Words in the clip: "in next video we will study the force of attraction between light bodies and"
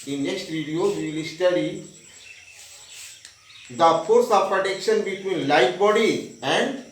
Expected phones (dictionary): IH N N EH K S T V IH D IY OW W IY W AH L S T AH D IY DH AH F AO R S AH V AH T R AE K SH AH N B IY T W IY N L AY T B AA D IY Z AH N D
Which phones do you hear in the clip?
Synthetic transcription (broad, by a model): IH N N EH K S T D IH D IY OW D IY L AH S T AH D IY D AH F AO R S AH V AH T EH K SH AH N B IY T W IY N L AY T B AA D IY AH N D